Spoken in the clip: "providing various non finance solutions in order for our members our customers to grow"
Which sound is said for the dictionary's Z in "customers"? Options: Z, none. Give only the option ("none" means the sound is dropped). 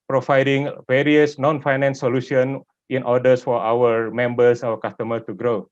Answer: none